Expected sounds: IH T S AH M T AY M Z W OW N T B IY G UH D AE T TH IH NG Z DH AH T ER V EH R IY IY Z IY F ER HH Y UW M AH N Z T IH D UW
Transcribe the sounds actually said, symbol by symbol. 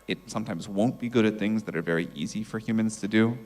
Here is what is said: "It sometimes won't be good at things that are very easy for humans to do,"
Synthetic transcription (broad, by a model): IH T S AH M T AY M Z W OW N B IY G UH D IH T TH IH NG Z DH AH T ER V EH R IY IY Z IY F ER HH Y UW M AH N Z T IH D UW